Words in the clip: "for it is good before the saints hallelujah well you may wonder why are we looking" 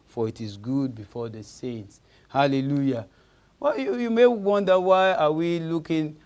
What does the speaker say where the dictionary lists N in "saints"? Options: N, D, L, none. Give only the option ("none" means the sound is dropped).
N